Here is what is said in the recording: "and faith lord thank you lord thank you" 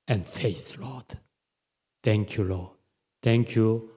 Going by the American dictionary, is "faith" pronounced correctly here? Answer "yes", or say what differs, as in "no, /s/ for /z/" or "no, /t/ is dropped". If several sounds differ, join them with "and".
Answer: no, /s/ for /θ/